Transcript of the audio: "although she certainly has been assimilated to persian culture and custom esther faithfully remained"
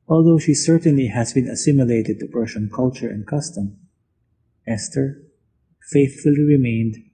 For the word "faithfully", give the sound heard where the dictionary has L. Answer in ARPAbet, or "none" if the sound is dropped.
L